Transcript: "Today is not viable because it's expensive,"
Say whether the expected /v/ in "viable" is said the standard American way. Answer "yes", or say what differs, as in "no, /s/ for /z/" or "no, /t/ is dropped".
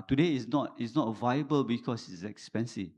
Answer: yes